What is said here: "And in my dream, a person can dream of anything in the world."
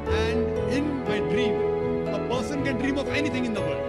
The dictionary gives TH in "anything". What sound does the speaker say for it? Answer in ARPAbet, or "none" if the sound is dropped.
T